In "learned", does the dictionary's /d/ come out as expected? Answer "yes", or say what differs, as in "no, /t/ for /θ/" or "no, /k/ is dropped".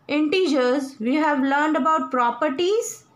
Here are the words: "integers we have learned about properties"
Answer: yes